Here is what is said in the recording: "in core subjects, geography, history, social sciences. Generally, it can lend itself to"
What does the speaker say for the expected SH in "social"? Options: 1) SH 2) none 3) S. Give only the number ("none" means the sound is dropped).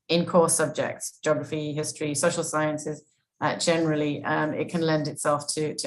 1